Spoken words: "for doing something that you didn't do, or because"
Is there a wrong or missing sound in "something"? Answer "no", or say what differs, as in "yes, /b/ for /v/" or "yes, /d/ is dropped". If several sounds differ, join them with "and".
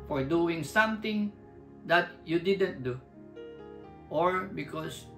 yes, /t/ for /θ/